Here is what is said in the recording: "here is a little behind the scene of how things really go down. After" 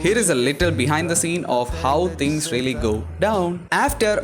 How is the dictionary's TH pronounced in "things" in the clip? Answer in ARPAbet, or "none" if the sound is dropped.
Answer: T